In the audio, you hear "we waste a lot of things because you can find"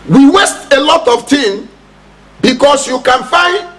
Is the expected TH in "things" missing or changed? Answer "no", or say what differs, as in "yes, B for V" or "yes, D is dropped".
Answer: yes, T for TH